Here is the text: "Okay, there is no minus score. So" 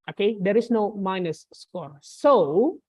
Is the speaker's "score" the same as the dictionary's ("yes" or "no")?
yes